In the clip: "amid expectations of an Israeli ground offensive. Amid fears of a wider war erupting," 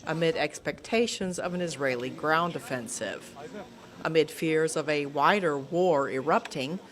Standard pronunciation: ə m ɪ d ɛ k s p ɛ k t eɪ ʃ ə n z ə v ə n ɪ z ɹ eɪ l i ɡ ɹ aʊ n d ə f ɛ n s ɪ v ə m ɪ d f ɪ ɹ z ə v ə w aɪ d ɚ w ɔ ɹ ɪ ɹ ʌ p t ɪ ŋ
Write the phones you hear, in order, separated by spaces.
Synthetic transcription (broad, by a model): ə m ɪ d ɛ k s p ɛ k t eɪ ʃ ə n z ə v ə n ɪ z ɹ eɪ l i ɡ ɹ aʊ n d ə f ɛ n s ɪ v ə m ɪ d f ɪ ɹ z ə v ə w aɪ d ɚ w ɔ ɹ ɪ ɹ ʌ p t ɪ ŋ